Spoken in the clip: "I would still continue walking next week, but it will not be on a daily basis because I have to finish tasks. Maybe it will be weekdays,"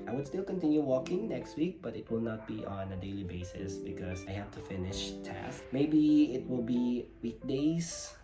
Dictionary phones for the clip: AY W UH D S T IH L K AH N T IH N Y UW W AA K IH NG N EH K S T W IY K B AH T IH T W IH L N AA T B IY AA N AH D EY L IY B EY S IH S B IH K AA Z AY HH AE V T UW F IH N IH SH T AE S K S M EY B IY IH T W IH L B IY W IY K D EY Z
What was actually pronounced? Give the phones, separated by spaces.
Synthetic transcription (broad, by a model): AY W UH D S T IH L K AH N T IH N Y UW W AA K IH NG N EH K S T W IY K B AH T IH T W IH L N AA T B IY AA N AH D EY L IY B EY S IH S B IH K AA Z AY HH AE F T UW F IH N IH SH T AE S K M EY B IY IH T W IH L B IY W IY K D EY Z